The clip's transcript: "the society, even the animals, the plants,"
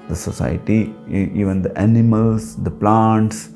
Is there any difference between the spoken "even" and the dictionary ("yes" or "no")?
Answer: no